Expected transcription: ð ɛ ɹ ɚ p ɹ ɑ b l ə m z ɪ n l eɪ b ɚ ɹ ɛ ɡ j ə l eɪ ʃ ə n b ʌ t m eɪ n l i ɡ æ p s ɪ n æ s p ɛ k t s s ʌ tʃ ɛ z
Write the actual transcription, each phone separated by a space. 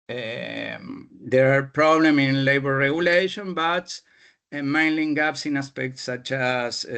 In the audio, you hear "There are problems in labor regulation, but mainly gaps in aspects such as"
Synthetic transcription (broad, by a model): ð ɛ ɹ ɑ p ɹ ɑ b l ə m ɪ n l eɪ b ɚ ɹ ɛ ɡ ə l eɪ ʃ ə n b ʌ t m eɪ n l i ɡ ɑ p s ɪ n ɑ s p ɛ k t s s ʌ tʃ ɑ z